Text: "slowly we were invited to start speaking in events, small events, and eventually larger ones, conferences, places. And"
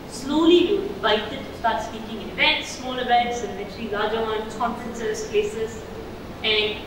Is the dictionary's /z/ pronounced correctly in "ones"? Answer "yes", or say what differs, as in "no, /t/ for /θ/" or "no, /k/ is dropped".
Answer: no, /z/ is dropped